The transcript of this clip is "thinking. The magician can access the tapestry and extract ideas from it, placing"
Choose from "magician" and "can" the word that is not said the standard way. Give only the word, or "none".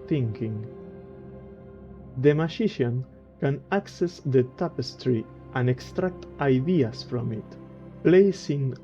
magician